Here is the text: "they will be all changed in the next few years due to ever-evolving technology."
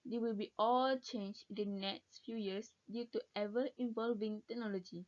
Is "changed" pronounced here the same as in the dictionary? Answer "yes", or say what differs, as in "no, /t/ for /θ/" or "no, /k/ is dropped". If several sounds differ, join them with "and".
no, /d/ is dropped